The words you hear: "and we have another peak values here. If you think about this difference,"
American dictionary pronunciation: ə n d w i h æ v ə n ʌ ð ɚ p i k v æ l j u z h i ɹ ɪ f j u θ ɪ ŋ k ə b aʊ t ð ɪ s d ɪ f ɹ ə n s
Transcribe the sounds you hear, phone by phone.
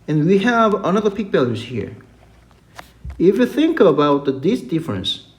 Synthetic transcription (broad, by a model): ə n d w i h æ v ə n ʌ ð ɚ p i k b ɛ l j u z h i ɹ ɪ f j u θ ɪ ŋ k ə b aʊ t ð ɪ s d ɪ f ɹ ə n s